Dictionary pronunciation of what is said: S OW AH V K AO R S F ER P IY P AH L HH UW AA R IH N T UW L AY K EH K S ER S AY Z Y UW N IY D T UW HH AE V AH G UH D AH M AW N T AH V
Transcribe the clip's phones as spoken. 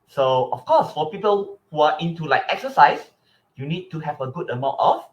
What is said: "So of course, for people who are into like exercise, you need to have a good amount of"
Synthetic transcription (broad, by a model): S OW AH F K AO S F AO P IY P AH L HH UW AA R IH N T UW L AY K EH K S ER S AY S Y UW N IY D T UW HH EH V AH G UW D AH M AW N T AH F